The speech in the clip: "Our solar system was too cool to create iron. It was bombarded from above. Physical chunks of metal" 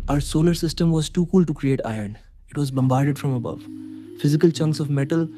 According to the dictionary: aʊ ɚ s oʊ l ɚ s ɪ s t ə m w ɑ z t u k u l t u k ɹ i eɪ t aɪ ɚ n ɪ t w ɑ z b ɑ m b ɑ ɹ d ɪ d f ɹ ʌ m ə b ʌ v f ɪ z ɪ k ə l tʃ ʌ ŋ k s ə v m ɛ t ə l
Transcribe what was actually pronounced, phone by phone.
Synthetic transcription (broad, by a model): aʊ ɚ s oʊ l ɚ s ɪ s t ə m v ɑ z t u k u l t u k ɹ i eɪ t aɪ ɚ n ɪ t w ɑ z b ɑ m b ɑ ɹ d ɪ d f ɹ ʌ m ə b ʌ v f ɪ z ɪ k ə l tʃ ʌ ŋ k s ə v m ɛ t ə l